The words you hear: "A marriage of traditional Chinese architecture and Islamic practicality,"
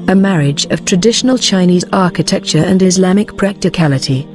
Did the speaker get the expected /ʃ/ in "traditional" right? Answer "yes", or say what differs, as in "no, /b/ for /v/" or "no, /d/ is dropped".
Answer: yes